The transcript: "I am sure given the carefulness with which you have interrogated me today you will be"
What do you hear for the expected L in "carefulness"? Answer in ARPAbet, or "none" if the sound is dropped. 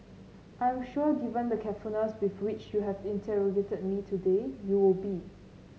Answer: none